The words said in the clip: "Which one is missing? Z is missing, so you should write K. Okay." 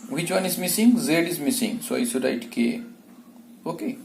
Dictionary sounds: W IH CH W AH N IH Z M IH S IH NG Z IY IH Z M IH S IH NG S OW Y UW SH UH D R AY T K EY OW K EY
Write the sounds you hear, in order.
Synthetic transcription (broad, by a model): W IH CH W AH N IH Z M IH S IH NG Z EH IH Z M IH S IH NG S OW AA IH S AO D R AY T K EY OW K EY